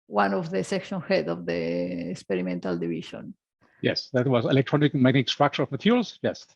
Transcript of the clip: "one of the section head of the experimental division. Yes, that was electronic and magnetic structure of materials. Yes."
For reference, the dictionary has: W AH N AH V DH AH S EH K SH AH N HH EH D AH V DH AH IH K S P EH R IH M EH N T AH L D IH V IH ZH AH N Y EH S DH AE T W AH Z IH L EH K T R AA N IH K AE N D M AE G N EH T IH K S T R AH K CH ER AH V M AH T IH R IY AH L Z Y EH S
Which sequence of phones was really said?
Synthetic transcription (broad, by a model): W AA N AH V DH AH S EH K SH AH N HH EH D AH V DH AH K S P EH R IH M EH N T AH L D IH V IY SH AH N Y EH S DH AE T W AH Z IH L EH K T R AA N IH K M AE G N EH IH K S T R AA K SH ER AH V M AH T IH R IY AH L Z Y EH S